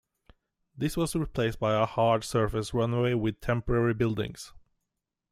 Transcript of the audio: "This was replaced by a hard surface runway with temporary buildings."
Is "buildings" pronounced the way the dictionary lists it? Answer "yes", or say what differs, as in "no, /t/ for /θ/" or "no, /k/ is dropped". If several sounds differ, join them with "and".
no, /s/ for /z/